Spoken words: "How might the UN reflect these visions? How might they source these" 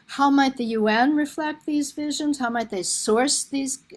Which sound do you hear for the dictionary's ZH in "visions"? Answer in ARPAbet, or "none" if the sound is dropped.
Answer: ZH